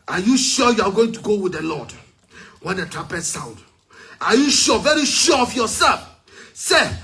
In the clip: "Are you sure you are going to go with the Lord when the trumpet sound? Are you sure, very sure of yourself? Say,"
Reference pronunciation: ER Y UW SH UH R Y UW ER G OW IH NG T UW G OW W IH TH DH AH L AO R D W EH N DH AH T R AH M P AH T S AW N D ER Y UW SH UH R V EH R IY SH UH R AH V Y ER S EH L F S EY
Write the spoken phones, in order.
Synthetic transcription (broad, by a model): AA Y UW SH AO Y UW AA G OW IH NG T UW G OW W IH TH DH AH L AO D W EH N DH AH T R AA P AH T S AW N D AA Y UW SH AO V EH R IY SH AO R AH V Y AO S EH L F S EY